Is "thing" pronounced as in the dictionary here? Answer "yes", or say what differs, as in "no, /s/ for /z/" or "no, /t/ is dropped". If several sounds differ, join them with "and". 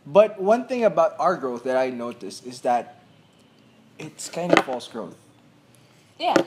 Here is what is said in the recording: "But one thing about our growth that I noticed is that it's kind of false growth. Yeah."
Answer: yes